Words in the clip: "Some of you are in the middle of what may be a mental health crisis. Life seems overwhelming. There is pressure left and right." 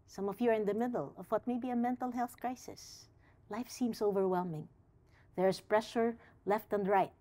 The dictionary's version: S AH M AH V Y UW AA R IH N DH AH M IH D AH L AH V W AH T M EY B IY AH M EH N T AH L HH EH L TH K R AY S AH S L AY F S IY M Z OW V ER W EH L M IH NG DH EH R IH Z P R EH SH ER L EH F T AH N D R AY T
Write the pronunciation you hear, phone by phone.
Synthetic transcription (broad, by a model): S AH M AH V Y UW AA R IH N DH AH M IH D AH L AH V W AH T M EY B IY AH M EH N T L HH EH L TH K R AY S AH S L AY F S IY M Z OW V ER W EH L M IH NG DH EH R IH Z P R EH SH ER L EH F T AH N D R AY T